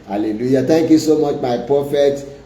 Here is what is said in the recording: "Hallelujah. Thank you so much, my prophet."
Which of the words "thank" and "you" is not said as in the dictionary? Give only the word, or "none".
thank